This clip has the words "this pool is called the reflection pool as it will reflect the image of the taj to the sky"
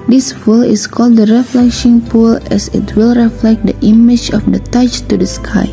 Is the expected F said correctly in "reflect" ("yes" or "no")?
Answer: yes